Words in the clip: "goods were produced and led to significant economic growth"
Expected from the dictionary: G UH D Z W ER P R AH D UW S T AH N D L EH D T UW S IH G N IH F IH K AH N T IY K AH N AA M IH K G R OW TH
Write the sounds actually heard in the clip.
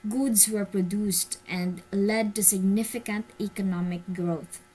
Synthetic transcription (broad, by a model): G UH D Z W ER P R AH D UW S T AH N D L EH D T UW S IH G N IH F IH K AH N T IY K AH N AA M IH K G R OW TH